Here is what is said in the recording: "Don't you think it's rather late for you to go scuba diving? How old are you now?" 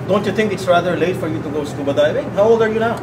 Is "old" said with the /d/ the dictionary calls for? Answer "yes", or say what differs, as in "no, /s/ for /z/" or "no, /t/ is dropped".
no, /d/ is dropped